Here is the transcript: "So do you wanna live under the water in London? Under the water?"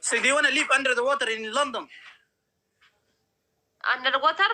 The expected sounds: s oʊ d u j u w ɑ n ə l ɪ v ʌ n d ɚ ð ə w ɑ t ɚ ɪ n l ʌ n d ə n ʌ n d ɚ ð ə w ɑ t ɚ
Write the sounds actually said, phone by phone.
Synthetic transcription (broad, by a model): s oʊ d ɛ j w ɑ n ə l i p ʌ n d ɚ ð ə w ɑ t ɚ ɪ n l ʌ n d ə n ʌ n d ɚ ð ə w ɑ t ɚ